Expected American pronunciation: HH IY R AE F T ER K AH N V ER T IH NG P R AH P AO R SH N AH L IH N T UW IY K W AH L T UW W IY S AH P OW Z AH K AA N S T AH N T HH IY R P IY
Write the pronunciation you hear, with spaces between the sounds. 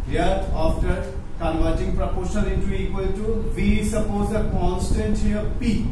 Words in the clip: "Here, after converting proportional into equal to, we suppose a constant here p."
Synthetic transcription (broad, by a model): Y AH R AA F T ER K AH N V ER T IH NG P R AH P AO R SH AH N IH N T UW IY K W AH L T UW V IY S AH P OW Z AH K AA N S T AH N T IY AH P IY